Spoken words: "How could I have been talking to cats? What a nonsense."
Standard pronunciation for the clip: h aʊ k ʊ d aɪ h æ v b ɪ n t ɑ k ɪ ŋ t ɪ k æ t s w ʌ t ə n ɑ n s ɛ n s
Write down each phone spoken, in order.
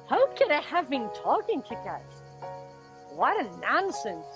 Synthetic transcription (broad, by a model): h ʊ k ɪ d aɪ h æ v b ɪ n t ɑ k ɪ ŋ t ɪ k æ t w ʌ t ə n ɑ n s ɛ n